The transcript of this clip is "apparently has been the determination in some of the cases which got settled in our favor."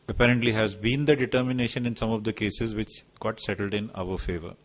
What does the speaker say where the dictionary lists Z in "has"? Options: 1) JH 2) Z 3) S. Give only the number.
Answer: 2